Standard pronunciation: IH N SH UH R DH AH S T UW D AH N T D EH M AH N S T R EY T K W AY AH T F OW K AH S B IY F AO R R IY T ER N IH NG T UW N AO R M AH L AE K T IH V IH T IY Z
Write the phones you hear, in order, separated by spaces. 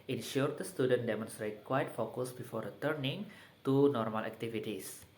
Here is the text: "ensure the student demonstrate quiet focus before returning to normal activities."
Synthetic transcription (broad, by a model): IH N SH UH R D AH S T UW D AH N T D EH M AH N S T R EY T K W AY T F OW K AH S B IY F AO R R IY T ER N IH NG T UW N AO R M AH L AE K T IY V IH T IY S